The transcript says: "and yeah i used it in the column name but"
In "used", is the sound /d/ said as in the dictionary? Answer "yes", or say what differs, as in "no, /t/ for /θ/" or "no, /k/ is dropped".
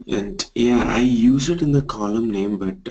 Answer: no, /d/ is dropped